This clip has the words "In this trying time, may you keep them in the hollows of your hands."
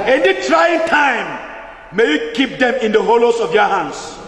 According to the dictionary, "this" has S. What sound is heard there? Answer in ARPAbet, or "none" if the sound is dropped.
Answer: none